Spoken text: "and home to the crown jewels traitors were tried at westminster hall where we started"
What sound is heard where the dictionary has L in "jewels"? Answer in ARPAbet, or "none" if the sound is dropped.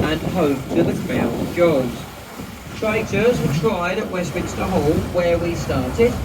none